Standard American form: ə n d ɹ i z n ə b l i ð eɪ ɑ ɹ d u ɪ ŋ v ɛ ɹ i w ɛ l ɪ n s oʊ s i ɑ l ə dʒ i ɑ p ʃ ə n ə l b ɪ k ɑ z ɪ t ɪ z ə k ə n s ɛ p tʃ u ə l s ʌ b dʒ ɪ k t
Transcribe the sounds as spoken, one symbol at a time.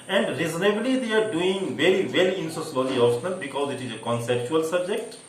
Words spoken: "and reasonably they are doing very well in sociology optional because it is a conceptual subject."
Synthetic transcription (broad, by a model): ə n d ɹ i z n ə b l i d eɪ ɑ ɹ d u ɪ ŋ v ɛ ɹ i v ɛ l ɪ n s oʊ s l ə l i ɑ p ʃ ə n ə l b ɪ k ɑ z ɪ t ɪ z ə k ə n s ɛ p tʃ u ə l s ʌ b dʒ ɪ k t